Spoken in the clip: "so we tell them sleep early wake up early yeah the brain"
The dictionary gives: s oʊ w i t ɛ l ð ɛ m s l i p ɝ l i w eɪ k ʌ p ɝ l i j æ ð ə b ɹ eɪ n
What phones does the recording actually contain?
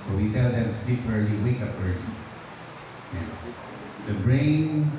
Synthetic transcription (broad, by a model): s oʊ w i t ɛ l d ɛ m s i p ɝ l i w eɪ k ʌ p ɝ l i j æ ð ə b ɹ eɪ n